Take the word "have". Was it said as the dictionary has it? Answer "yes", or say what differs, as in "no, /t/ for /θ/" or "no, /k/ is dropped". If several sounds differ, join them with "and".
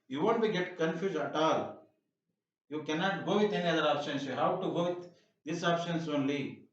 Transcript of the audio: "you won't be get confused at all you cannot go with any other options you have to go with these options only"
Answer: no, /w/ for /v/